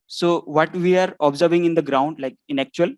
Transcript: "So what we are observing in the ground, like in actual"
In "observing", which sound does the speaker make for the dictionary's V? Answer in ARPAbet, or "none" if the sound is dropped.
V